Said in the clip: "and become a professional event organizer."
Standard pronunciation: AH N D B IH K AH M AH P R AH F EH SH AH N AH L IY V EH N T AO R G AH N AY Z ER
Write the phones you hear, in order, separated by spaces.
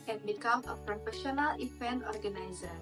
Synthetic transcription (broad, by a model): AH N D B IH K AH M AH P R AH F EH SH AH N AH L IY F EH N AO R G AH N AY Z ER